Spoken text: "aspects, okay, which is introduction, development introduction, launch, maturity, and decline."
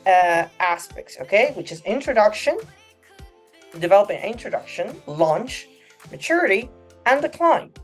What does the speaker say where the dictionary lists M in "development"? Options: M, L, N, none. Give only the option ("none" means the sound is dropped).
none